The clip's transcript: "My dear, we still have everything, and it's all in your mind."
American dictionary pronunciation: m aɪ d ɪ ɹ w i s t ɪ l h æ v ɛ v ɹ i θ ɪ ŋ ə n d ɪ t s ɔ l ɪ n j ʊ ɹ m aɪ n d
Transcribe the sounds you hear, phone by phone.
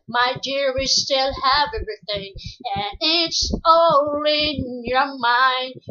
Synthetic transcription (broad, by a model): m aɪ d ɪ ɹ w i s t ɪ l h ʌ v ɛ v ɹ i θ ɪ ŋ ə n ɪ t s ɔ l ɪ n j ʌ ɹ m aɪ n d